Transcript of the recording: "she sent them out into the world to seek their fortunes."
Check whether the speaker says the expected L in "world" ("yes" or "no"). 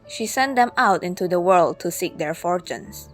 yes